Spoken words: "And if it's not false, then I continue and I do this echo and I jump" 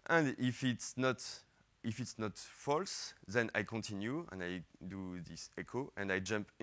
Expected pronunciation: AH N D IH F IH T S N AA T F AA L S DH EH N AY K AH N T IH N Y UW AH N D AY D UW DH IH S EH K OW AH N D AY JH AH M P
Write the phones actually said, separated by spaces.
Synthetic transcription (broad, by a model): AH N D IH F IH T S N AA T F AA L S DH EH N AY K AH N T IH N Y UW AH N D AY D UW DH IH S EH K OW AH N D AY JH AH M P